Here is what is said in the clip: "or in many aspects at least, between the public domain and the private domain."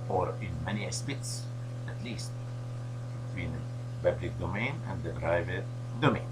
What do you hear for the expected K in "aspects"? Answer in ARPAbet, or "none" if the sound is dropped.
none